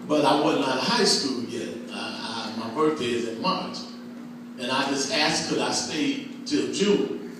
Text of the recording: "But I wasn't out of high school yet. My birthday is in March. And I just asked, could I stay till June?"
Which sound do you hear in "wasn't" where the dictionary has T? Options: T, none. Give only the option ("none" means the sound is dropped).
none